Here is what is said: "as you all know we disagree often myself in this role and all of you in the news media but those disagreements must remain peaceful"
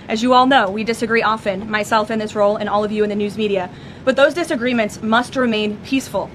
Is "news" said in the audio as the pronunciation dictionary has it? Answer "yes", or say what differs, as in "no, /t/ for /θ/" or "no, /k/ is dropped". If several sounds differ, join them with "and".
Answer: yes